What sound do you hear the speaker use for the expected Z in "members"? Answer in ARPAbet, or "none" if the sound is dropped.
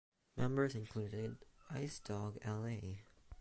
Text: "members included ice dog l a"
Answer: Z